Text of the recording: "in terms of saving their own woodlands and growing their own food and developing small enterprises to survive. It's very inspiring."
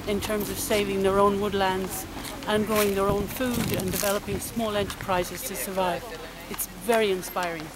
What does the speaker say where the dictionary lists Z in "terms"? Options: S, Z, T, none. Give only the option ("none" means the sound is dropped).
Z